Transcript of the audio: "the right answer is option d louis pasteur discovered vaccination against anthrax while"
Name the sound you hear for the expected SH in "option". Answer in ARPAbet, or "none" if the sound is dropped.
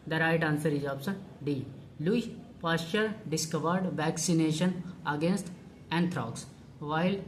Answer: S